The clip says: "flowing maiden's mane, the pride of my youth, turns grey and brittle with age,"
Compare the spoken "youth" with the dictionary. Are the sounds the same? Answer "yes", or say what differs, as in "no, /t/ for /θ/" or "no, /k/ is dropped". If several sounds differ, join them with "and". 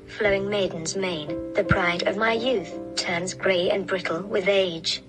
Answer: yes